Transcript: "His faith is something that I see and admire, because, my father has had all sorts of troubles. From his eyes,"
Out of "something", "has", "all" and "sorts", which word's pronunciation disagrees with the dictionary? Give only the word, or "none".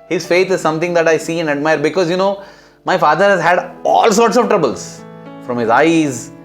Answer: something